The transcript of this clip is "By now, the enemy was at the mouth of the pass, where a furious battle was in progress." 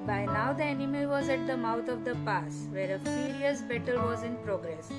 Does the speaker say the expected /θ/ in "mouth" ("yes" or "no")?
no